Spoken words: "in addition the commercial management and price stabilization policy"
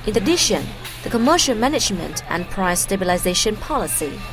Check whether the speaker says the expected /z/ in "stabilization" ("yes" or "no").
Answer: yes